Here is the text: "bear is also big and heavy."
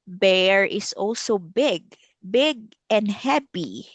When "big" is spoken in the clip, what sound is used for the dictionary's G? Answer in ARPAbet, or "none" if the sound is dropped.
G